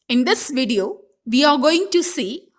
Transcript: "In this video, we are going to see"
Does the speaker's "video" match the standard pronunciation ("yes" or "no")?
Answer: yes